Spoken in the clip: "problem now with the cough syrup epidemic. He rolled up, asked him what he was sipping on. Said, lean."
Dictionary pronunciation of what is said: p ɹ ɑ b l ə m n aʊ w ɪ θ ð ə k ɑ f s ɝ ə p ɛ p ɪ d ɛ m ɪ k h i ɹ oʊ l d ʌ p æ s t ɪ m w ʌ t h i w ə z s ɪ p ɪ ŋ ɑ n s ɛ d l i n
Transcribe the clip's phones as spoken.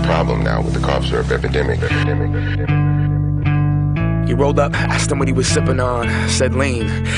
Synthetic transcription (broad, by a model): p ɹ ɑ b l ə m n aʊ w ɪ ð ə k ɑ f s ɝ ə p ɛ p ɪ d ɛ m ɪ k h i ɹ oʊ l d ʌ p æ s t ɪ m w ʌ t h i w ə z s ɪ p ɪ ŋ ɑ n s ɛ d l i n